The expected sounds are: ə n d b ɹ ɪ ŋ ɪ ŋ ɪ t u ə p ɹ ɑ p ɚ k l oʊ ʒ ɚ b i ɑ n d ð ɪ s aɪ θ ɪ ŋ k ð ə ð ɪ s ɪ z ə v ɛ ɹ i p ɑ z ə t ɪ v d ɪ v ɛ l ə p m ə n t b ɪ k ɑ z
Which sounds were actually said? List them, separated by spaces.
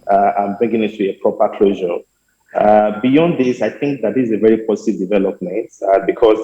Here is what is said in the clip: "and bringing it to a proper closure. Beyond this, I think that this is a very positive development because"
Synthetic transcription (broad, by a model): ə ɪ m b ɹ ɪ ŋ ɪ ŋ ɪ t u ə p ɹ ɑ p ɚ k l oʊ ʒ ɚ b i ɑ n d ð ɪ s aɪ θ ɪ ŋ k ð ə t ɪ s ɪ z ə v ɛ ɹ i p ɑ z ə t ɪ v d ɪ v ɛ l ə p m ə n t b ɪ k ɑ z